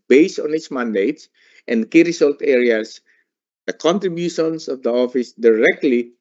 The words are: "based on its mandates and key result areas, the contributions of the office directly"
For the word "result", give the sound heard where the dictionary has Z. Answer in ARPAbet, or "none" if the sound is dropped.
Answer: S